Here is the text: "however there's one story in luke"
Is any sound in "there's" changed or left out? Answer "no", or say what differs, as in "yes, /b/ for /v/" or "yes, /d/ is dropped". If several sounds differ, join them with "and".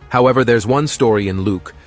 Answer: no